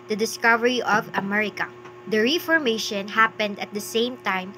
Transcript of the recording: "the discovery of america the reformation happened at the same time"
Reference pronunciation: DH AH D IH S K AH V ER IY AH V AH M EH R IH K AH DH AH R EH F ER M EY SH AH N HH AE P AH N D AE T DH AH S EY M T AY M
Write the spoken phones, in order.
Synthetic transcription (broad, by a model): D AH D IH S K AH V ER IY AH V AH M EH R IH K AH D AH R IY F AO M EY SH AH N HH AE P AH N D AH T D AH S EY M T AY M